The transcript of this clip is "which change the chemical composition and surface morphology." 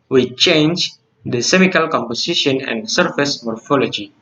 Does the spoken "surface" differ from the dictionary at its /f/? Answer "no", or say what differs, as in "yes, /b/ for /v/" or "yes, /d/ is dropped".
no